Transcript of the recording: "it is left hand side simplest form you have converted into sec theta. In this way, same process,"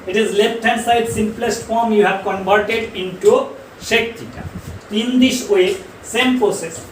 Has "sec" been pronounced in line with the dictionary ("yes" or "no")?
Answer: no